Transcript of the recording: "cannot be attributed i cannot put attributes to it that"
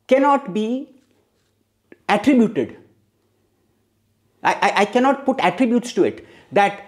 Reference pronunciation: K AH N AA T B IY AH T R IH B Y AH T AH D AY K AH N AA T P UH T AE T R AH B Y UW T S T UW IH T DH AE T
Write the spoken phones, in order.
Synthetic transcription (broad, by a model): K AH N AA T B IY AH T R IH B Y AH T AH D AY K AH N AA T P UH T AE T R AH B Y UW T S T UW IH T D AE T